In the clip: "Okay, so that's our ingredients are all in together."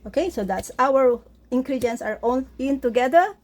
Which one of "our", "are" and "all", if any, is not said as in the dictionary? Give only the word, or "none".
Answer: all